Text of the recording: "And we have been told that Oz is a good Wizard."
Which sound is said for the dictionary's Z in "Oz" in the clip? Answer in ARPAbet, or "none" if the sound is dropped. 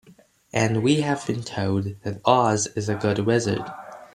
Z